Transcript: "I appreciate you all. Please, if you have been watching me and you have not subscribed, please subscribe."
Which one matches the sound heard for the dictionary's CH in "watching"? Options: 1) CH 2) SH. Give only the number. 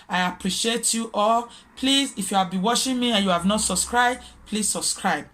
2